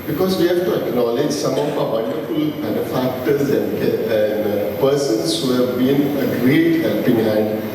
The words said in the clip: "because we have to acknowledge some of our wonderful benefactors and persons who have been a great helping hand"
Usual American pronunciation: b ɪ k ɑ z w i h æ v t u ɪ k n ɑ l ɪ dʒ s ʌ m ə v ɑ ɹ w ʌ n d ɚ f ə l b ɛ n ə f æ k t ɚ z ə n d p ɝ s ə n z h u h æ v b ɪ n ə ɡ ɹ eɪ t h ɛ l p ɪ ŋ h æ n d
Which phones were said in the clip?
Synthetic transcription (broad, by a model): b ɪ k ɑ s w i h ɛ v t u ɪ k n ɑ l ɪ dʒ s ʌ m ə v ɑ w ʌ n d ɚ f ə l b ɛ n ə f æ k t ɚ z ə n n p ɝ s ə n s h u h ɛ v b ɪ n ə ɡ ɹ eɪ t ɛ p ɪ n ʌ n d